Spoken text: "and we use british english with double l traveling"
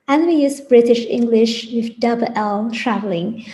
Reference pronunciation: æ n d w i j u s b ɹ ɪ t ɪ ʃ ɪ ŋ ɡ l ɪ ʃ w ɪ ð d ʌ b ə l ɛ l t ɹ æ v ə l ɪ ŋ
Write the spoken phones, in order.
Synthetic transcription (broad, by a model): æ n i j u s b ɹ ɪ t ɪ ʃ ɪ ŋ ɡ l ɪ ʃ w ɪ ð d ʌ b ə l ɛ l t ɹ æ v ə l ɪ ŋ